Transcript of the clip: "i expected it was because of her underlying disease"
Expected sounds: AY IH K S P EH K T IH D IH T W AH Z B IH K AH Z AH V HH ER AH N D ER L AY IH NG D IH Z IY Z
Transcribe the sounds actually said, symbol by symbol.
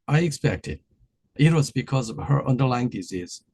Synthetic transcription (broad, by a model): AY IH K S P EH K T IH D IH T W AH Z B IH K AH Z AH V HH ER AH N D ER L AY IH NG D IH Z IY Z